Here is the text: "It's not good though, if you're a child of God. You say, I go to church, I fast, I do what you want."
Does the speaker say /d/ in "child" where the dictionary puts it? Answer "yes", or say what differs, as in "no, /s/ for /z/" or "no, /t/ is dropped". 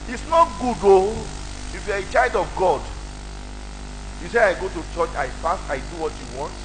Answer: yes